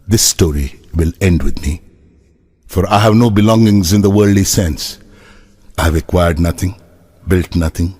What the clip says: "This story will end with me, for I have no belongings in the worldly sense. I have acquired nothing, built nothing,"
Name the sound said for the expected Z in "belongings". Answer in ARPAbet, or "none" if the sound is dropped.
Z